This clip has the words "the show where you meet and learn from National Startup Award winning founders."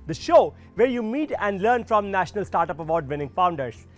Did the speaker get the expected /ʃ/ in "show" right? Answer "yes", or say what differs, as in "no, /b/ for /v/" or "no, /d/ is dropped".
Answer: yes